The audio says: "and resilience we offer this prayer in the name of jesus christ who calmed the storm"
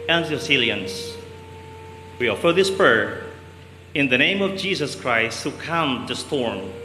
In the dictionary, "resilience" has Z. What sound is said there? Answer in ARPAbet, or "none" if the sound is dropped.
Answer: S